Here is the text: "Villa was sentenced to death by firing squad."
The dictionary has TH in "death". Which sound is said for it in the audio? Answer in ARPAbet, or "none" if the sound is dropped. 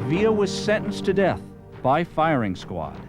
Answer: TH